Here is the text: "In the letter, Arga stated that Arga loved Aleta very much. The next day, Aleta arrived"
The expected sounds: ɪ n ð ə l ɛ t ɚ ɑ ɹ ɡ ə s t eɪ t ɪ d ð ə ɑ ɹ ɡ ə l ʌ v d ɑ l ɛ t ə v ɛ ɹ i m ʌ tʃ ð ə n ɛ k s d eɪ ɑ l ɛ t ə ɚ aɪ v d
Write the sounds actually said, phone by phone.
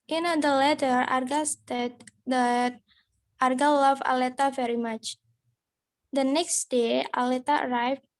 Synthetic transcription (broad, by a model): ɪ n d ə l ɛ t ɚ ɑ ɹ ɡ ə s t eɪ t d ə ɑ ɹ ɡ ə l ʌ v ɑ l ɛ t ə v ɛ ɹ i m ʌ tʃ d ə n ɛ k s d eɪ ɑ l ɛ t ə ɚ aɪ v